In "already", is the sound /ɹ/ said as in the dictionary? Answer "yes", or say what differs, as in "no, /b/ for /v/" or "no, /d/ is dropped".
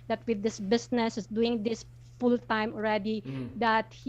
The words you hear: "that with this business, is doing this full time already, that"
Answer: yes